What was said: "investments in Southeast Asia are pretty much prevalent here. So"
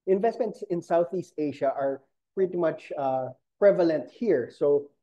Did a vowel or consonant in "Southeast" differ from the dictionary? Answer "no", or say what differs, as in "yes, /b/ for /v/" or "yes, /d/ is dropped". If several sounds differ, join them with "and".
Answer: no